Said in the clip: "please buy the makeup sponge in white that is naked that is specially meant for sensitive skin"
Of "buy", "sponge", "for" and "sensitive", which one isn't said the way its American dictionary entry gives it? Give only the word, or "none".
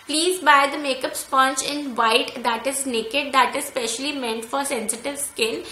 sponge